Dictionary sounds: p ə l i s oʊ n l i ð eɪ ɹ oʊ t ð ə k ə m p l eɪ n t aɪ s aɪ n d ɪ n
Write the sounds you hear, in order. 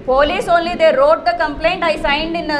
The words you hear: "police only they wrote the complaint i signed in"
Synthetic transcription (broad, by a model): p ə l i s oʊ n l i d eɪ ɹ oʊ t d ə k ə m p l eɪ n t aɪ s aɪ n d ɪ n